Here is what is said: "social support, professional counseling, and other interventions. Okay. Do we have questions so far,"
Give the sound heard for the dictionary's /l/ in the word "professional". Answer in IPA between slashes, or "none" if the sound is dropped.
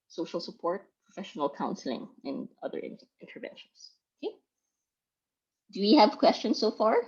/l/